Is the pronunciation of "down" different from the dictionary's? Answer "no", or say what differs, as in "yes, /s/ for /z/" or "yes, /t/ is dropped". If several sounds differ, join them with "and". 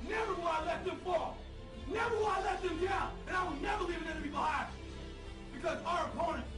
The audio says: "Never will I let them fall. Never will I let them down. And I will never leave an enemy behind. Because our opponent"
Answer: yes, /n/ is dropped